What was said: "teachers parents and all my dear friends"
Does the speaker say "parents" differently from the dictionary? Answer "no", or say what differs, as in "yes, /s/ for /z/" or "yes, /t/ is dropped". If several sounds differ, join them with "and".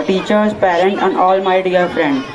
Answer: yes, /s/ is dropped